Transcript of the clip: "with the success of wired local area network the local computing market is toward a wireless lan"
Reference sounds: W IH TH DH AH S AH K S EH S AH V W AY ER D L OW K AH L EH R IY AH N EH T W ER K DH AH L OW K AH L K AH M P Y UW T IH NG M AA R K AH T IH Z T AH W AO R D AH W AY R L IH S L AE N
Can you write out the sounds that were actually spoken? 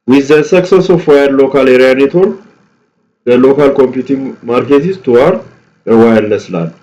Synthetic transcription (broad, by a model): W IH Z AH S AH K S EH S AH F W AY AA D L OW K AH L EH R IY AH N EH T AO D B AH L OW K AH L K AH M P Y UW T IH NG M AA R K AH T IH S T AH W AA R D AH W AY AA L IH S L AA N